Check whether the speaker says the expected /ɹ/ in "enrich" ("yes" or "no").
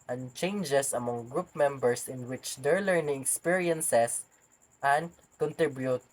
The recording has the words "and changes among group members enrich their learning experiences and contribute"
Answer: no